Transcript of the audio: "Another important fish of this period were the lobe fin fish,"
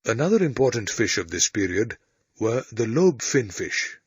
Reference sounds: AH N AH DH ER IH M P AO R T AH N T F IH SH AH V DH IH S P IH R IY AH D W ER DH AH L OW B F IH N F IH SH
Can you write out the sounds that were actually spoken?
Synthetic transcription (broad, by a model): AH N AH DH ER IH M P AO R T N T F IH SH AH V DH IH S P IH R IY AH D W ER DH AH L OW B F IH N F IH SH